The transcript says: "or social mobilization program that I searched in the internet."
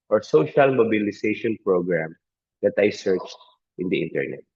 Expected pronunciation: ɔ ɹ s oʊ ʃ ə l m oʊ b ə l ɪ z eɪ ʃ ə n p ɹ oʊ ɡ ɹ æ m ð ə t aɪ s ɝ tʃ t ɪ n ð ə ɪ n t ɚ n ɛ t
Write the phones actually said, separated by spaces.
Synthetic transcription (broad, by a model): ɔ ɹ s oʊ ʃ ə l m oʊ b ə l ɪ s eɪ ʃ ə n p ɹ oʊ ɡ ɹ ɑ m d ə t aɪ s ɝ tʃ t ɪ n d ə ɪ n t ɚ n ɛ t